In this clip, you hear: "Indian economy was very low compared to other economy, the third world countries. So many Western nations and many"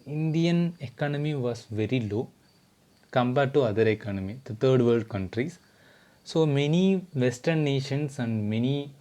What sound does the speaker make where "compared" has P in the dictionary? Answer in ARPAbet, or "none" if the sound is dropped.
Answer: B